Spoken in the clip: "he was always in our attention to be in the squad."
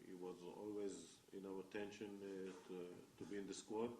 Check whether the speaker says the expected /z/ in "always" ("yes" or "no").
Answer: yes